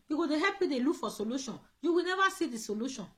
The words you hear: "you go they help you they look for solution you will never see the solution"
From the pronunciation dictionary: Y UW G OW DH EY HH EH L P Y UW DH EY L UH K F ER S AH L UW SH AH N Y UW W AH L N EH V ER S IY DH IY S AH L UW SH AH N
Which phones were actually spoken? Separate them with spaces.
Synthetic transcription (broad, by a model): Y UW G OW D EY HH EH P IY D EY L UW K F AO S AH L UW SH AH N Y UW W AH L N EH V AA S IY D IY S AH L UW SH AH N